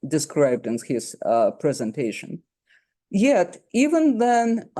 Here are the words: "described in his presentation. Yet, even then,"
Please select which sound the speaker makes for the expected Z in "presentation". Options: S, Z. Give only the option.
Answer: Z